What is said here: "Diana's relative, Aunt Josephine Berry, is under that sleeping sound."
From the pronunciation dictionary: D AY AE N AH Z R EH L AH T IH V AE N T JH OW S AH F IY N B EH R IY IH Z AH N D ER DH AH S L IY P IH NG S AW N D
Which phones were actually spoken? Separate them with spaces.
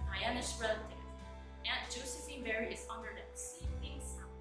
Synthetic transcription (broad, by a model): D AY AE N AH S R EH L AH T IH V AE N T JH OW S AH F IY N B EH R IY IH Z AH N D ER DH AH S IY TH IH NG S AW